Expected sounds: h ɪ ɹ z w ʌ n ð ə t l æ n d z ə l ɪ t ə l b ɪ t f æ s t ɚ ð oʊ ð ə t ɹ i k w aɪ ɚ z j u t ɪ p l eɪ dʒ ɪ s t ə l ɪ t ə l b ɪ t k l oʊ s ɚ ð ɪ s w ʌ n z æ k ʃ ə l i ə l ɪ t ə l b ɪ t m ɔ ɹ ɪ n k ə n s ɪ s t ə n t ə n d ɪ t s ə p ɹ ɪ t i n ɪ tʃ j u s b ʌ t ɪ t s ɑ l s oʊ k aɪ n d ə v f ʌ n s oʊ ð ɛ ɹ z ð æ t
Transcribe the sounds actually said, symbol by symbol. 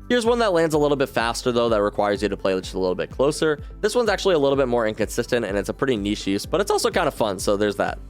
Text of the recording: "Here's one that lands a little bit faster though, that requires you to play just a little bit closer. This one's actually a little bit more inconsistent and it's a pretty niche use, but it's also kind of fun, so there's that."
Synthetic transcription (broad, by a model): h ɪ ɹ z w ʌ n ð ə t l æ n d z ə l ɪ t l b ɪ t f æ s t ɚ ð oʊ ð ə t ɹ i k w aɪ ɚ z j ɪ t ɪ p l eɪ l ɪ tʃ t ə l ɪ t l b ɪ t k l oʊ s ɚ ð ɪ s w ʌ n z æ k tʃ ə l i ə l ɪ t l b ɪ t m ɔ ɹ ɪ n k ə n s ɪ s t ə n t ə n ɪ t s ə p ɹ ɪ t i n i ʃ j u s b ʌ t ɪ t s ɑ l s oʊ k aɪ n d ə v f ʌ n s oʊ ð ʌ ɹ z ð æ t